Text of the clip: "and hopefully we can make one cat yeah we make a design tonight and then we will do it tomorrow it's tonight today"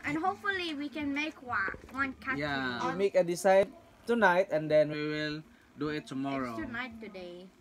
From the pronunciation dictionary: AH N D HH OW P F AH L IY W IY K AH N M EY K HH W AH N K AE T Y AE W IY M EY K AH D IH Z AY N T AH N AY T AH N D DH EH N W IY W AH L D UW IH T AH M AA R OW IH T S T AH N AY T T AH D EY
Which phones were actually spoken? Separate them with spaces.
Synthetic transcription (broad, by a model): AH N HH OW P F AH L IY W IY K AH N M EY K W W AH N K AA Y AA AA M EY K AH D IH S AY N T AH N AY T AH N D EH N W IY W AH L D UW IH T AH M AA R OW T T N AY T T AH D EY